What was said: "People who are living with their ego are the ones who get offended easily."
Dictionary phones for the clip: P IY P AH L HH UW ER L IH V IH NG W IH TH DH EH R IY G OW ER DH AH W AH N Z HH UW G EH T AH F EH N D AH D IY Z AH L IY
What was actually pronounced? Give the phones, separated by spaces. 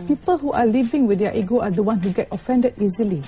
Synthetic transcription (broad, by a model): P IY P AH L HH UW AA L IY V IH NG W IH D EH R IY G OW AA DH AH W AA N HH UW G EH T AH F EH N D AH D IY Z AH L IY